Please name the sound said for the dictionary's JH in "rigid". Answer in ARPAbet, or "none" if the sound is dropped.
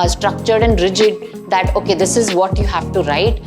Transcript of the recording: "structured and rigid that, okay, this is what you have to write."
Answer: JH